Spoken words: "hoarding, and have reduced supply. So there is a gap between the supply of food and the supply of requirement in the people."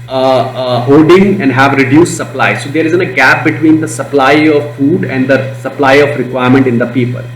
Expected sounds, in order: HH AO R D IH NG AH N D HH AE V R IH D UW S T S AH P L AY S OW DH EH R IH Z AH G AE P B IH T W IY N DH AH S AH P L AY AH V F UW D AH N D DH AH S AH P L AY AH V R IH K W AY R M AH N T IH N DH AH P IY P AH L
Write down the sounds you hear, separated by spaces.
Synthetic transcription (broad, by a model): HH AO D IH NG AH N D HH AE V R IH D UW S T S AH P L AY S OW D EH R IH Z AH G AE P B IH T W IY N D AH S AH P L AY AH V F UW D AH N D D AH S AH P L AY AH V R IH K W AY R M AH N T IH N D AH P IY P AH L